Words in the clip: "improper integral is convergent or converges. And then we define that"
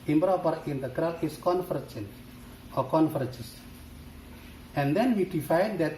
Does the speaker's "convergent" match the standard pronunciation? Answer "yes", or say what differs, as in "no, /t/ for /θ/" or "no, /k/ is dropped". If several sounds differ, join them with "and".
no, /f/ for /v/